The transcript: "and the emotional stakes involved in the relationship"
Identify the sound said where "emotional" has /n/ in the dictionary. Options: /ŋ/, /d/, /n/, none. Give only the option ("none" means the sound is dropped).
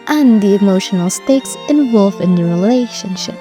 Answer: /n/